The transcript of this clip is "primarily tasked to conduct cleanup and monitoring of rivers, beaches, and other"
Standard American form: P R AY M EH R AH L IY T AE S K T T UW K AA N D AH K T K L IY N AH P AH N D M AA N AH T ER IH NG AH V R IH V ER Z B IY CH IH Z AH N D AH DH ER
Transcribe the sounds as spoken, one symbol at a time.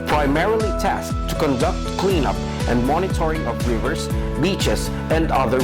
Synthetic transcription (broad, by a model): P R AY M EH R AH L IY T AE S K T T UW K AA N D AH K T K L IY N AH P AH N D M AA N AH T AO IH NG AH P R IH V ER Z B IY CH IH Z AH N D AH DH ER